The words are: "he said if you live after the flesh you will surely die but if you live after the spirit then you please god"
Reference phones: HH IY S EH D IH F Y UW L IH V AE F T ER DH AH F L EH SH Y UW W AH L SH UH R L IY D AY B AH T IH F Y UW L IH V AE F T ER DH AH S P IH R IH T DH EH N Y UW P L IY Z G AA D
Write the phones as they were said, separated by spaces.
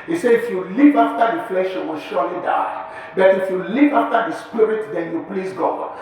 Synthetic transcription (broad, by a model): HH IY S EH IH F Y UW L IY P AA F T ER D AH F L EH SH Y UW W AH SH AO L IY D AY B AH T IH F Y UW L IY P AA F T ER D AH S P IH R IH T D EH N Y UW P L IY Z G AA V